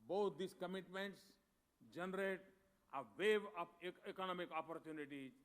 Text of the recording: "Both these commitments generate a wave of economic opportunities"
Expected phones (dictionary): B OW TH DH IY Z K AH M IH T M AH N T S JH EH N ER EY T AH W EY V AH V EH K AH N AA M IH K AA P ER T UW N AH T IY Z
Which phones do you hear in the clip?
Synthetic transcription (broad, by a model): B OW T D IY S K AH M IH T M AH N T S JH EH N ER EY T AH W EY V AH P EH K AH N AA M IH K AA P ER T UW N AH T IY